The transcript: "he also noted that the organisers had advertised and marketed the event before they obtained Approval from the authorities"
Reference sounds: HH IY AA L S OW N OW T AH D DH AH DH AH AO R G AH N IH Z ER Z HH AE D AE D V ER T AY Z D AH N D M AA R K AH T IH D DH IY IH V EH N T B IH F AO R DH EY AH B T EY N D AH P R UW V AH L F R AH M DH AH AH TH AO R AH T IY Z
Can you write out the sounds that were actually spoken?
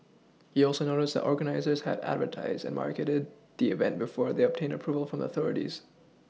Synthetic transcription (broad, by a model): HH IY AA L S OW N OW T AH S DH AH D AO R G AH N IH Z ER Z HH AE D AE D V ER T AY Z D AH N M AA R K AH T IH D DH IY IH V EH N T B IH F AO R DH EY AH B T EY N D AH P R UW V AH L F R AH M DH AH AH TH AO R AH T IY Z